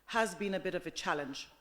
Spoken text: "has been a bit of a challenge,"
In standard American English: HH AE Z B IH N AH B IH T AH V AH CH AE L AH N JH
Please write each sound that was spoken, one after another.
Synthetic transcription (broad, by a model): HH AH Z B IH N AH B IH T AH V AH CH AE L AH N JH